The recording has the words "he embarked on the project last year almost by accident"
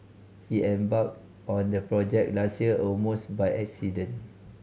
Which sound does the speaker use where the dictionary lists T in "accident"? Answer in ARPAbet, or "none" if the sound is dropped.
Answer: none